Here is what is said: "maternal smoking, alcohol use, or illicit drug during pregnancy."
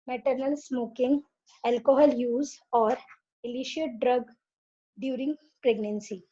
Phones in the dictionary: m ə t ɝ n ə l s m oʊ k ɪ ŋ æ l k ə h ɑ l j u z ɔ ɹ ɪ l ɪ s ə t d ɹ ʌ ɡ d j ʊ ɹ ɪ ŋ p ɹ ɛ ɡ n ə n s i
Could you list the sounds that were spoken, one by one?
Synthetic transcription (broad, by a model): m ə t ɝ n ə l s m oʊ k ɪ ŋ æ l k ə h ɑ l j u z ɔ ɹ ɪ l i ʃ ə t d ɹ ʌ ɡ d j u ɹ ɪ ŋ p ɹ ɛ ɡ n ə n s i